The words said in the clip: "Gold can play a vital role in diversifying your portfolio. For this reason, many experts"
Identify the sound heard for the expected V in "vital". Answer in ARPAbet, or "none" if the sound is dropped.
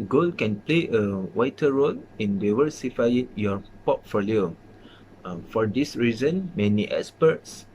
W